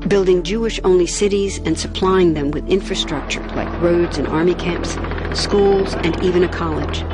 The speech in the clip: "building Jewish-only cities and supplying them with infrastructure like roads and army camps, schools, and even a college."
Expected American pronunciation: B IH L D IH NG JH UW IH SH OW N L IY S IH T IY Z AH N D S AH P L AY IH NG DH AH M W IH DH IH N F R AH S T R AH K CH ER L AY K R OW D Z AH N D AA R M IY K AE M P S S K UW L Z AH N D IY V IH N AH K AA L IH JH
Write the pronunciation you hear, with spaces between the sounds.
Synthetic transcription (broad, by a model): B IH L D IH NG JH UW IH SH OW N L IY S IH T IY Z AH N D S AH P L AY IH NG DH AH M W IH DH IH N F R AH S T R AH K CH ER L AY K R OW D Z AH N AA R M IY K AE M P S S K UW L Z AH N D IY V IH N AH K AA L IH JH